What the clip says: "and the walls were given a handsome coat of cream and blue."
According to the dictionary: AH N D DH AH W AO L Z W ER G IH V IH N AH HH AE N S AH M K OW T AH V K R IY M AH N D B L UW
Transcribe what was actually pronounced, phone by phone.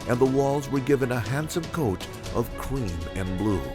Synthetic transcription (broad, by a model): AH N DH AH W AO L Z W ER G IH V IH N AH HH AE N S AH M K OW T AH V K R IY M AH N B L UW